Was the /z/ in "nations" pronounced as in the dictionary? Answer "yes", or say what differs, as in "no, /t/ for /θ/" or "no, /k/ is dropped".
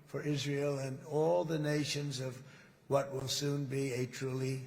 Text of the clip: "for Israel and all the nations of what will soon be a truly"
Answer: yes